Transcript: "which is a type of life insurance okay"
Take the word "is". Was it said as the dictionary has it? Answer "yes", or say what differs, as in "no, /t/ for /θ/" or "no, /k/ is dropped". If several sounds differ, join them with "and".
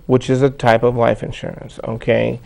yes